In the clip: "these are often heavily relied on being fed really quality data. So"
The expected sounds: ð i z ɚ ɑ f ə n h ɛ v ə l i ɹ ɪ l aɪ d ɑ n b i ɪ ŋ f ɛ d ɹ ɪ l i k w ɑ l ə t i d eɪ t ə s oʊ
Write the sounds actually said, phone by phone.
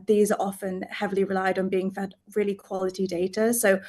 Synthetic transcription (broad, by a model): ð i z ɚ ɑ f ə n h ɛ v ə l i ɹ ɪ l aɪ d n b i ɪ ŋ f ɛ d ɹ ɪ l i k w ɑ l ə t i d eɪ t ə s oʊ